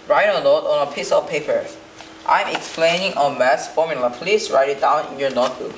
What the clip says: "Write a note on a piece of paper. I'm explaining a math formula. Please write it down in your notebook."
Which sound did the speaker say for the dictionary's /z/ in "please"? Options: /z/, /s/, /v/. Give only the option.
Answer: /s/